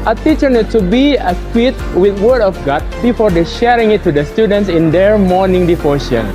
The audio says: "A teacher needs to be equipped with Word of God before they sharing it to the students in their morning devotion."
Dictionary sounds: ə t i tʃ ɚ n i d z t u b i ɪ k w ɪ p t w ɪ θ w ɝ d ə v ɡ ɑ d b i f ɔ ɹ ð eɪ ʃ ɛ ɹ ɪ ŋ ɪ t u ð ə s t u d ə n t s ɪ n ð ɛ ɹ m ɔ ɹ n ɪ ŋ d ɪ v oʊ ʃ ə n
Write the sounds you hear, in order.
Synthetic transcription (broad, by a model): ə t i tʃ ɚ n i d t u b i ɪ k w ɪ t w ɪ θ w ɝ d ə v ɡ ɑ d b i f ɔ ɹ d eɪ ʃ ɛ ɹ ɪ ŋ ɪ t u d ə s t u d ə n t s ɪ n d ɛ ɹ m ɔ ɹ n ɪ ŋ d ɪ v oʊ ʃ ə n